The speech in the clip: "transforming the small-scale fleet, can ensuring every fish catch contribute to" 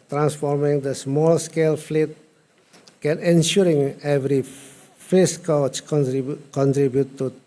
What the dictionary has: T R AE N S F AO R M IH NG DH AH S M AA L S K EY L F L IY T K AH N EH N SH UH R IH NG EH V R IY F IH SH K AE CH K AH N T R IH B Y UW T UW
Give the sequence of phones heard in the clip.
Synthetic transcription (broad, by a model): T R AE N S F AO R M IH NG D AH S M AA L S K EY L F L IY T K AH N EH N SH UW R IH NG EH V R IY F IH S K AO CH K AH N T R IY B Y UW T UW